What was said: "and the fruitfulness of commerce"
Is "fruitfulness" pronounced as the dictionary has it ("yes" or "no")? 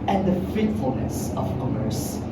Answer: no